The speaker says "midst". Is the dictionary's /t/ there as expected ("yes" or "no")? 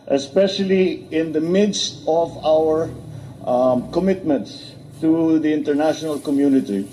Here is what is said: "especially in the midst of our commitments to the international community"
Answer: yes